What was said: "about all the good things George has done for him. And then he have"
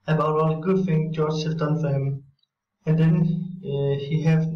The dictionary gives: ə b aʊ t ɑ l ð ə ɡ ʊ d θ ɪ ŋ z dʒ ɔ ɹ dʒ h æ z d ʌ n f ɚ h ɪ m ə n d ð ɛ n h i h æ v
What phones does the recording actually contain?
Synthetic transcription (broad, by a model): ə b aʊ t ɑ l ɡ ʊ d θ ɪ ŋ dʒ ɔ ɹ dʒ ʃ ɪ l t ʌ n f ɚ h ɪ m ə n d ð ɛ n h i h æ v